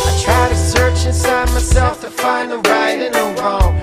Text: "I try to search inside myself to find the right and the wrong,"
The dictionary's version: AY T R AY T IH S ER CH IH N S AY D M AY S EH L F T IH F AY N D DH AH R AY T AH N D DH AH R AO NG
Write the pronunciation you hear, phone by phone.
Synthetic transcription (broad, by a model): AY T R AY T IH S ER CH IH N S AY D M AY S EH L F T IH F AY N DH AH R AY T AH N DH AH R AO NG